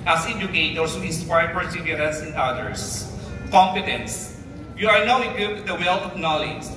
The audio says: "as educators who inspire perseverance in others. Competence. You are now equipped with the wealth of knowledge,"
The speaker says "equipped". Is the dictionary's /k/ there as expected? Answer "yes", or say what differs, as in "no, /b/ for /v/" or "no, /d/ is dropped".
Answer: no, /k/ is dropped